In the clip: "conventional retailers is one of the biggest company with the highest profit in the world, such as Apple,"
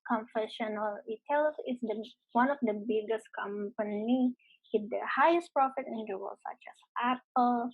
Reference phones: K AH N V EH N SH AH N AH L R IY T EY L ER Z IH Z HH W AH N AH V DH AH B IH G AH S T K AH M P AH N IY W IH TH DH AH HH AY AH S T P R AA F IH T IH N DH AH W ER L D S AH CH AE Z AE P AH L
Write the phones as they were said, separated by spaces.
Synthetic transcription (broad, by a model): K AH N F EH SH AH N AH L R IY T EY L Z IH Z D W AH N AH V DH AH B IH G AH S T K AH M P AH N IY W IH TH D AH HH AY AH S T P R AA F IH T IH N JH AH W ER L S AH CH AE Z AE P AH L